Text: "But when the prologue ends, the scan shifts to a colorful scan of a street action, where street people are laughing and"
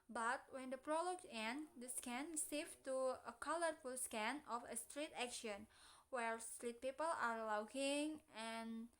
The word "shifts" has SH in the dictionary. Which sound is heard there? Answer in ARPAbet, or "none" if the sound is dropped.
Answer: S